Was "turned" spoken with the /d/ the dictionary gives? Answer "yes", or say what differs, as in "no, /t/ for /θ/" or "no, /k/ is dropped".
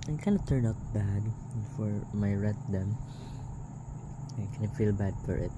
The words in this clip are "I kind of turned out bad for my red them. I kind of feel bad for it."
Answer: no, /d/ is dropped